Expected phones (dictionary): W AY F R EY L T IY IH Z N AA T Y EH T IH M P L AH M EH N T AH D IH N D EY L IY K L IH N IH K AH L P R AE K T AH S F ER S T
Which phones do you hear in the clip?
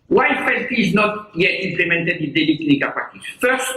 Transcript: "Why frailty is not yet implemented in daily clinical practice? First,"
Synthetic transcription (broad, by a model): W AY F EY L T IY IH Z N AA T Y EH T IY M P L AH M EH N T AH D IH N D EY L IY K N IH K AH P AA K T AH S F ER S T